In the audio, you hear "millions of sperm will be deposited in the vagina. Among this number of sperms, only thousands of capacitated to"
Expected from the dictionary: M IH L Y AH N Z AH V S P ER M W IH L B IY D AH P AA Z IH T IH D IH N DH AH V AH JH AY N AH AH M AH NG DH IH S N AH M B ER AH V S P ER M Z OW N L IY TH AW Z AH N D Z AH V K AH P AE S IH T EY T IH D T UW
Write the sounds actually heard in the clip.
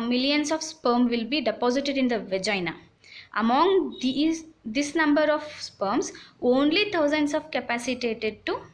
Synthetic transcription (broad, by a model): M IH L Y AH N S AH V S P ER M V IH L B IY D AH P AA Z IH T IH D IH N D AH V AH JH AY N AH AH M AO NG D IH S N AH M B ER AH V S P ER M S OW N L IY T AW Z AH N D S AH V K AH P AE S IH T EY T IH D T UW